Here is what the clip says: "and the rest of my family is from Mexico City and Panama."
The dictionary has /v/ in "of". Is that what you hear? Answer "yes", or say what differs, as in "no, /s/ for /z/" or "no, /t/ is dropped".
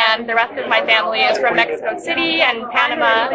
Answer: yes